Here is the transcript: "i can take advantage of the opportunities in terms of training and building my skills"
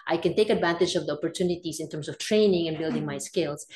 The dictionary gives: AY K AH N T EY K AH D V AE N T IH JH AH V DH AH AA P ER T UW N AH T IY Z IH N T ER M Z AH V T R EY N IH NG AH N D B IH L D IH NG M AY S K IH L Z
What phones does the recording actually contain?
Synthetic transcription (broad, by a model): AY K AH N T EY K AH D V AE N T IH JH AH V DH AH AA P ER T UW N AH T IY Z IH N T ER M S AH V T R EY N IH NG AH N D B IH L D IH NG M AY S K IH L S